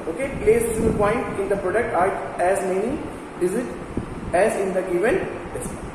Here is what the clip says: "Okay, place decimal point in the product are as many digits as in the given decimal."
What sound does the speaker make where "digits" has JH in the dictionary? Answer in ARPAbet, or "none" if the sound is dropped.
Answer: Z